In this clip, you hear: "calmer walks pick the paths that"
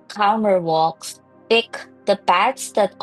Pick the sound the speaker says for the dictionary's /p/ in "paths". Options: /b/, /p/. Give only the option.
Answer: /b/